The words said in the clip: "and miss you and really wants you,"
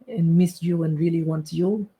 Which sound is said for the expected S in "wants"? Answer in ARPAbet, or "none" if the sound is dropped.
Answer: none